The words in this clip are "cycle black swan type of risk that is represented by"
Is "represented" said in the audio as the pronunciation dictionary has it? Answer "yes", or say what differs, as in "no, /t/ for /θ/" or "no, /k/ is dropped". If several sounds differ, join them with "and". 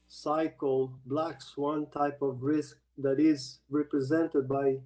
yes